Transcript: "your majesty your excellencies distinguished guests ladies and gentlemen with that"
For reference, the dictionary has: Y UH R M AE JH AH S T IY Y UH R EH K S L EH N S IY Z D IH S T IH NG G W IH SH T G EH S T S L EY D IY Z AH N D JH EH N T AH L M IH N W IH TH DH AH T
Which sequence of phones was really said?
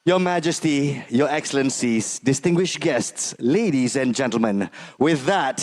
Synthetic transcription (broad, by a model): Y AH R M AE JH AH S T IY Y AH R EH K S L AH N S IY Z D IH S T IH NG G W IH SH G EH S T S L EY D IY Z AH N JH EH N T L M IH N W IH DH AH T